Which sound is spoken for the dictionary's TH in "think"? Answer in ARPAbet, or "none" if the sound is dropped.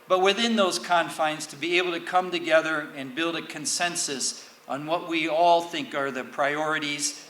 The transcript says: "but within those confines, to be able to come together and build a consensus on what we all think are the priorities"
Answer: TH